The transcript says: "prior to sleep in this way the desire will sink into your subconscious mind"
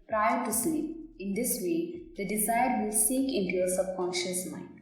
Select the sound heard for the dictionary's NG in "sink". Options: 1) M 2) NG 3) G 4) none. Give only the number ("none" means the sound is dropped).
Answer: 4